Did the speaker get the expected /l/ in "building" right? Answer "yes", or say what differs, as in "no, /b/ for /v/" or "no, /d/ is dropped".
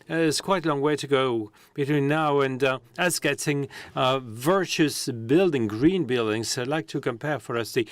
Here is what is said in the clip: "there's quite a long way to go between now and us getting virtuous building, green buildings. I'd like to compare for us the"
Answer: yes